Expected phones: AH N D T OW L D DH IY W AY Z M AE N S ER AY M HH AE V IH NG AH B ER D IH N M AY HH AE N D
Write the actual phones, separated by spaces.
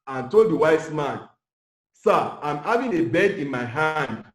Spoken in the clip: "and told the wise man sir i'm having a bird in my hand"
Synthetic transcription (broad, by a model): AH N T OW L D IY W AY S M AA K S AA AY M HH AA V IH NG AH B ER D IH N M AY HH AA N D